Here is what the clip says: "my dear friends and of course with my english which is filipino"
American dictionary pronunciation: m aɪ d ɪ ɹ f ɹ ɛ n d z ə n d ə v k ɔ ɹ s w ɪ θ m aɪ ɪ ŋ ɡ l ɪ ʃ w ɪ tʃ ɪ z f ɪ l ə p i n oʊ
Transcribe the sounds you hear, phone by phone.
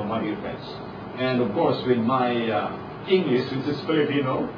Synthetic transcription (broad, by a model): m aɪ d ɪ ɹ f ɹ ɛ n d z ə n d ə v k ɔ ɹ s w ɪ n m aɪ ɪ ŋ ɡ l ɪ ʃ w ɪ s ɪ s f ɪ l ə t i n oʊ